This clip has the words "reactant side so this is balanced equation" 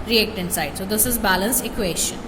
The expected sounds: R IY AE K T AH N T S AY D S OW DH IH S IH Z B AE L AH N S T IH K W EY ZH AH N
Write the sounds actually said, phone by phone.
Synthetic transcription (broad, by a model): R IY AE K T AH N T S AY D S OW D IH S IH Z B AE L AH N S IH K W EY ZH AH N